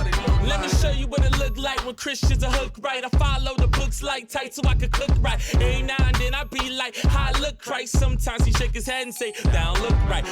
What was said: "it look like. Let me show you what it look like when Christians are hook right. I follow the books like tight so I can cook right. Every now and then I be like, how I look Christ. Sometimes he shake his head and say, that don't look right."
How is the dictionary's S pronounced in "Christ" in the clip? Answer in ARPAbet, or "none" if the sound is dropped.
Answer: none